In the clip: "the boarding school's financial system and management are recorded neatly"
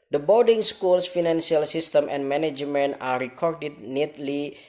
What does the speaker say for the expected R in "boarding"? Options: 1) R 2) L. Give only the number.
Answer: 2